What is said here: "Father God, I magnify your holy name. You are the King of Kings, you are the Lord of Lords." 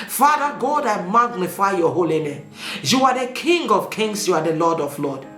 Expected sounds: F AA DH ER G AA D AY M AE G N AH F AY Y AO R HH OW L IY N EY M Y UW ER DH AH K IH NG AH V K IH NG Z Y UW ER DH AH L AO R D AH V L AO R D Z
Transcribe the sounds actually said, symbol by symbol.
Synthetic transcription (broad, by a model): F AA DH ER G AA D AY M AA G N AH F AY Y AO HH OW L IY N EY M Y UW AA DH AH K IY NG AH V K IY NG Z Y UW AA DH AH L AO D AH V L AO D